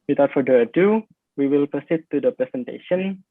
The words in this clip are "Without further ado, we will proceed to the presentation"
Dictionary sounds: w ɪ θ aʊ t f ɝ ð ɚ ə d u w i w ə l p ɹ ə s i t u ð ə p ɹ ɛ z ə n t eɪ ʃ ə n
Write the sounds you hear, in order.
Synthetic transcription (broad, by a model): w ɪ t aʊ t f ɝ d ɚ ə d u w i w ə l p ə s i t u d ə p ɹ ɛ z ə n t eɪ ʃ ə n